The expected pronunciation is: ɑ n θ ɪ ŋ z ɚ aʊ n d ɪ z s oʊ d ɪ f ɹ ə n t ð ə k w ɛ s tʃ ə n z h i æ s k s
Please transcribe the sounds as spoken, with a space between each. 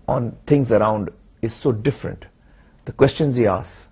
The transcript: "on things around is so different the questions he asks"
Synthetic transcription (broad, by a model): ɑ n t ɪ ŋ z ɚ aʊ n d ɪ z s oʊ d ɪ f ɹ ə n t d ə k w ɛ s tʃ ə n z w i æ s s